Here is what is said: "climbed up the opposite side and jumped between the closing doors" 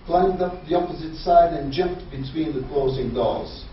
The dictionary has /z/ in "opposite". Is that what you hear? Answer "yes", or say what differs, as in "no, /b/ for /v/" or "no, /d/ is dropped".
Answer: yes